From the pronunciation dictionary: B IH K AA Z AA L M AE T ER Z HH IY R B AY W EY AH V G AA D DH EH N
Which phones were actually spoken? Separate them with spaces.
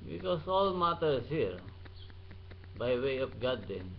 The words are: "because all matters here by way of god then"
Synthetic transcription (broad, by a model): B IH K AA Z AA L M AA T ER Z HH IY R B AY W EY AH P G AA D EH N